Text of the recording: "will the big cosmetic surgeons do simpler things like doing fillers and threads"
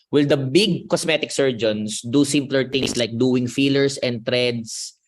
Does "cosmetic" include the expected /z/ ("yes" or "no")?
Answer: no